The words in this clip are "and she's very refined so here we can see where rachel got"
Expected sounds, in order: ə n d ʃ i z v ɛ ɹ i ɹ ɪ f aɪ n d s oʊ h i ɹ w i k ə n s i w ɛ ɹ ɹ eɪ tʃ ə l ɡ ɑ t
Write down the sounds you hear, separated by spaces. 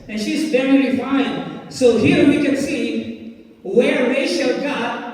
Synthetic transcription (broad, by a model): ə n ʃ i z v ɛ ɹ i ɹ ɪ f aɪ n s oʊ h i ɹ w i k ə n s i w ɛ ɹ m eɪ ʃ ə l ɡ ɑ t